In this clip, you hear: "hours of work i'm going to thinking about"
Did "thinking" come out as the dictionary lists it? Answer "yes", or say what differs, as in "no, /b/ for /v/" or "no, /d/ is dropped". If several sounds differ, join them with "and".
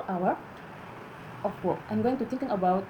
no, /t/ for /θ/